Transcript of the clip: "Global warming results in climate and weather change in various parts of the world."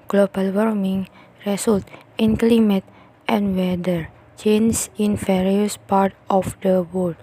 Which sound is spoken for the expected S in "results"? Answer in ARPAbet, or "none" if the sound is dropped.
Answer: none